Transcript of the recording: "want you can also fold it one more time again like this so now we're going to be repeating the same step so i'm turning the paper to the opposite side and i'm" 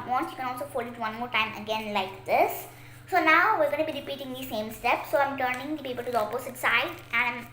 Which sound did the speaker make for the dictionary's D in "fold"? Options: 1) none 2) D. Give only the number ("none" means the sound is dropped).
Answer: 1